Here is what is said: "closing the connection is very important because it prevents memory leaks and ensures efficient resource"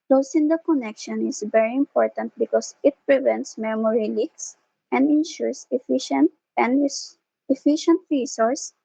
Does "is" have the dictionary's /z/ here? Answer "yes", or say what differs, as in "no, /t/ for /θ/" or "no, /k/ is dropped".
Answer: no, /s/ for /z/